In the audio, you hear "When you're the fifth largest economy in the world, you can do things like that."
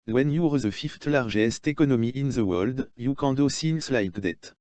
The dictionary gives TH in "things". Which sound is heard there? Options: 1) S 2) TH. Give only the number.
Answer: 1